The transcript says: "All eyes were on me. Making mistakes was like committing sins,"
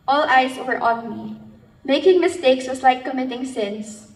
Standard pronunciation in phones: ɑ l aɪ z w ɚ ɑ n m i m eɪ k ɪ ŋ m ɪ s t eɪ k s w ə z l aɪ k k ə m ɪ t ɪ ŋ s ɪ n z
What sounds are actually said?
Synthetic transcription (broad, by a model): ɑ l aɪ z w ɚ ɑ n m i m eɪ k ɪ ŋ m ɪ s t eɪ k s w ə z l aɪ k k ə m ɪ t ɪ ŋ s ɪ n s